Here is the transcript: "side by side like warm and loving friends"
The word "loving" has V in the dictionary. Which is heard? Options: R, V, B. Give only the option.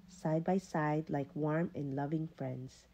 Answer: V